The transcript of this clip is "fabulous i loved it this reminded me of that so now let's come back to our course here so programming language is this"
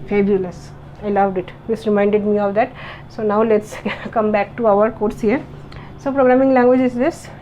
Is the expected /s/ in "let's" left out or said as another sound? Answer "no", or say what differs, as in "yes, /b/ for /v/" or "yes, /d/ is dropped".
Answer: no